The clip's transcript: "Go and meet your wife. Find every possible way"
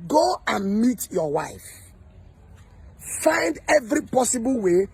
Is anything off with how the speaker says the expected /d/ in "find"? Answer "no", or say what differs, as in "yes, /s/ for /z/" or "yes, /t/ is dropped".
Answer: no